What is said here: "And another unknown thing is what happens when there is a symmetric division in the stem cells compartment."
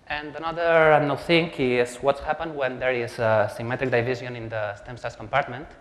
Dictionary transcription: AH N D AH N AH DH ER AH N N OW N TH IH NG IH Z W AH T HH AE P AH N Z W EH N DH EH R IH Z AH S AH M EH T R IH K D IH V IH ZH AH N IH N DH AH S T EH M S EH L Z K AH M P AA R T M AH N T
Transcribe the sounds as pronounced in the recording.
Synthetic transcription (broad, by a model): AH N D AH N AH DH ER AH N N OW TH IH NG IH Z W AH T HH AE P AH N W EH N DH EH R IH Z AH S AH M EH T R IH K D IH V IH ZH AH N IH N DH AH S T EH M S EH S K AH M P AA R T M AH N T